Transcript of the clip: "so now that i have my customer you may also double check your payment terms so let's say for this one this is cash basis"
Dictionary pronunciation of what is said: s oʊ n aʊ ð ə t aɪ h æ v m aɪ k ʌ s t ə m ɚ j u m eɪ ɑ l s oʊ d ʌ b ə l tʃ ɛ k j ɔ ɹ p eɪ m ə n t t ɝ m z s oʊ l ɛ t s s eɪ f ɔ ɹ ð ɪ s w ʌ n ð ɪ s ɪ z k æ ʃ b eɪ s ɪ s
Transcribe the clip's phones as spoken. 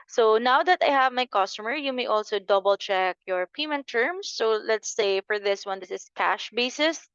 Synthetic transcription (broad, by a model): s oʊ n aʊ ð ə t aɪ h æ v m aɪ k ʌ s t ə m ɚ j u m eɪ ɑ l s oʊ d ʌ b ə l tʃ ɛ k j ɔ ɹ p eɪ m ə n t t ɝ m s oʊ l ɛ t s s eɪ f ɔ ɹ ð ɪ s w ʌ n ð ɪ s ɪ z k æ ʃ b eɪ s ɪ s